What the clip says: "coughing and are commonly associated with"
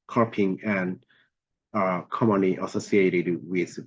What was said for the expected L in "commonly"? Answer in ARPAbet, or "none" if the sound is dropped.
none